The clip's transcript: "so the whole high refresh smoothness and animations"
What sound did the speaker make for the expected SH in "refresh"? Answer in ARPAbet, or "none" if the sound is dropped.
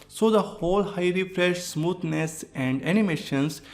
SH